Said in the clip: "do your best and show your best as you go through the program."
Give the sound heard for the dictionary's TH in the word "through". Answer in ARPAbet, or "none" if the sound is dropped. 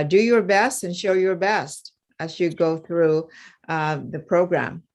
TH